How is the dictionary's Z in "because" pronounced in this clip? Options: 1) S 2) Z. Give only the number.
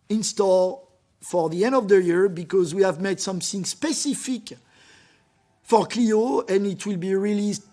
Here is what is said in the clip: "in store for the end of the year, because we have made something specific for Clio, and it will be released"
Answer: 2